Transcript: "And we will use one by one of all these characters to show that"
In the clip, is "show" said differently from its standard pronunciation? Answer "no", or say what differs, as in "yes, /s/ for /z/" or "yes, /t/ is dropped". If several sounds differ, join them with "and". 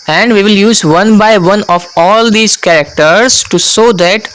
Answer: yes, /s/ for /ʃ/